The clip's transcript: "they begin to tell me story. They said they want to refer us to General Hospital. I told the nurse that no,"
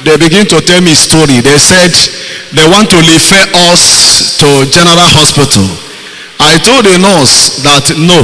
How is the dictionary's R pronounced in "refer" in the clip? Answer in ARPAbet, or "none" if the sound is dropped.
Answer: L